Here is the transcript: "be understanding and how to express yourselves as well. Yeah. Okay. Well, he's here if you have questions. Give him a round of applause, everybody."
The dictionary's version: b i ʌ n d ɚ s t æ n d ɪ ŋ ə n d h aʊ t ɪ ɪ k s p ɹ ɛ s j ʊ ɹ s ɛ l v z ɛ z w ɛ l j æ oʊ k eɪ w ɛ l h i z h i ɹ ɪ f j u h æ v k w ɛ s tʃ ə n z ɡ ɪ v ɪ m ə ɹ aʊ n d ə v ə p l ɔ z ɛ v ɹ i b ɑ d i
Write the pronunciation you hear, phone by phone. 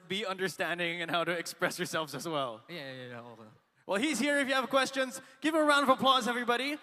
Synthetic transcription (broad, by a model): b i ʌ n d ɚ s t æ n d ɪ ŋ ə n h aʊ t ɪ ɪ k s p ɹ ɛ s j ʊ ɹ s ɛ l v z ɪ z w ɛ l j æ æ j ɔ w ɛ l h i z h i ɹ ɪ f j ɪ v k w ɛ s tʃ ə n z ɡ ɪ v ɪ ə ɹ aʊ n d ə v ə p l ɔ z ɛ v ɹ i b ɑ d i